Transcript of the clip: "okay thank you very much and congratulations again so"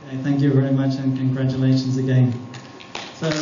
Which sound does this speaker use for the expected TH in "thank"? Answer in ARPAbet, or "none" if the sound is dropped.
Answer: TH